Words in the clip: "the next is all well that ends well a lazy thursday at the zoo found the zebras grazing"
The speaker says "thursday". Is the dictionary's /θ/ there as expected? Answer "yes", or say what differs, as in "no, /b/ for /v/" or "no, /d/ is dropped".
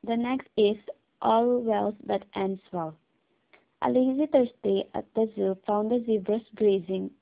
no, /t/ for /θ/